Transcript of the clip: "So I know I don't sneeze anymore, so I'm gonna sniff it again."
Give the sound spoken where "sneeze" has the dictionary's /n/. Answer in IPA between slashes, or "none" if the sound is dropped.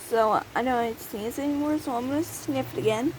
none